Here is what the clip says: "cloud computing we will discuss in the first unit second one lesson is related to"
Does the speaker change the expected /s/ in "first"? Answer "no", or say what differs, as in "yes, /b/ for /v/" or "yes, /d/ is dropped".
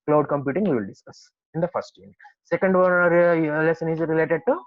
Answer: yes, /s/ is dropped